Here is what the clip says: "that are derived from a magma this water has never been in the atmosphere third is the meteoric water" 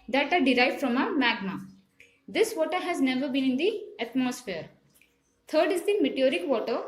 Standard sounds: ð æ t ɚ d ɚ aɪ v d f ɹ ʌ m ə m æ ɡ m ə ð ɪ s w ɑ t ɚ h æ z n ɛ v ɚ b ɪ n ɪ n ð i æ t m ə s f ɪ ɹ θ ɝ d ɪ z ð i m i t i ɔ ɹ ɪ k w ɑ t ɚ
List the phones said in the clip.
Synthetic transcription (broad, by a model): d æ t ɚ d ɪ aɪ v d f ɹ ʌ m ə m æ ɡ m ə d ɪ s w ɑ t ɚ h æ z n ɛ v ɚ b ɪ n ɪ n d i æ t m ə s f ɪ ɹ t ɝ d ɪ z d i m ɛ t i ɔ ɹ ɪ k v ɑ t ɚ